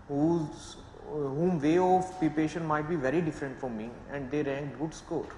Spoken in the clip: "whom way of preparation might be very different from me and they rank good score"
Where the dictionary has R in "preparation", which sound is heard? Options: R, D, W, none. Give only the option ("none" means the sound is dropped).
none